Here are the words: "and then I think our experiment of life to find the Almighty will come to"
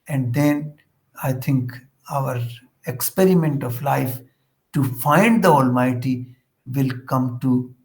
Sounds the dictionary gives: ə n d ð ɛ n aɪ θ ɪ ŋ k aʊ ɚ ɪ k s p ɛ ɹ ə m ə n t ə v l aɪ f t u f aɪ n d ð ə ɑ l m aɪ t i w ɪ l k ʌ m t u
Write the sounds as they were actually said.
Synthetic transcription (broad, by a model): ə n d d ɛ n aɪ t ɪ ŋ k aʊ ɚ ɪ k s p ɛ ɹ ə m ə n t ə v l aɪ f t u f aɪ n d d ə ɑ l m aɪ t i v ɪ l k ʌ m t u